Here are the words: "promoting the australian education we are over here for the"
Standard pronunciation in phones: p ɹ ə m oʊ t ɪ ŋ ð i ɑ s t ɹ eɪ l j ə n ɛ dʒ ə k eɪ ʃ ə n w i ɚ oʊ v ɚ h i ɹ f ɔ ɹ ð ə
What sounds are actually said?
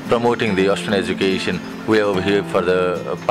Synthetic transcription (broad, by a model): p ɹ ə m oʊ t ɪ ŋ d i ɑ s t eɪ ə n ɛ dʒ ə k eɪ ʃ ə n w i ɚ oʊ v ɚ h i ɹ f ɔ ɹ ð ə